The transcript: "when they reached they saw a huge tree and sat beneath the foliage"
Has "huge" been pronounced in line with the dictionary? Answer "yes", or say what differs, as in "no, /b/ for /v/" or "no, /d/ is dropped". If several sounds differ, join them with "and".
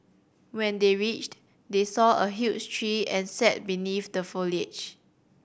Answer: no, /tʃ/ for /dʒ/